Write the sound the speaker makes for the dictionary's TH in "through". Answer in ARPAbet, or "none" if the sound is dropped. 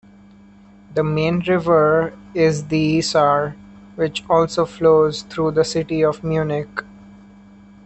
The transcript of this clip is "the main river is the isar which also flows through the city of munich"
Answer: T